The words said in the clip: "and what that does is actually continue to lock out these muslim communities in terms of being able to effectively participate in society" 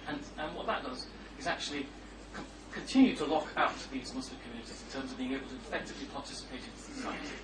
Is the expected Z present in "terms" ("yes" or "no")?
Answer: yes